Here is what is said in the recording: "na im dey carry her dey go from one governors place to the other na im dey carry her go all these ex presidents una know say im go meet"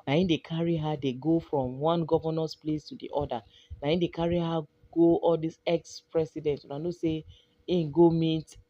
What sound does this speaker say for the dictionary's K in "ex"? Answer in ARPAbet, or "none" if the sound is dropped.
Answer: K